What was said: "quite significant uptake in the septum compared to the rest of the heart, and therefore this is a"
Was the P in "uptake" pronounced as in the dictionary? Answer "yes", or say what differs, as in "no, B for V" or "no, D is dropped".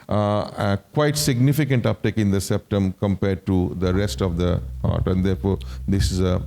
yes